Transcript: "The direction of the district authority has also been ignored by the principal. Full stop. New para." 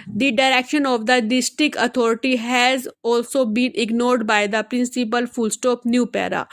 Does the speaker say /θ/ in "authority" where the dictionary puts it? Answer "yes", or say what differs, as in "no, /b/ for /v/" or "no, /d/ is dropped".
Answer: no, /t/ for /θ/